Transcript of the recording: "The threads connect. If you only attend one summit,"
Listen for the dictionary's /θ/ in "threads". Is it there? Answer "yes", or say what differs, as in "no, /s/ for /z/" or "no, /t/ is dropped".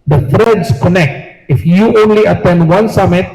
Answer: no, /f/ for /θ/